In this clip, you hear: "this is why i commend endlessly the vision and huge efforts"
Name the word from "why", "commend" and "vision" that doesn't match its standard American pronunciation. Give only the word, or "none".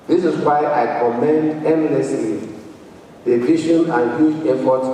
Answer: vision